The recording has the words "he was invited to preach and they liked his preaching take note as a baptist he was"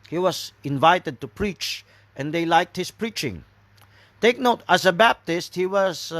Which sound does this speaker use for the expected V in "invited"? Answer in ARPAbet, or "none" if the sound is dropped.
V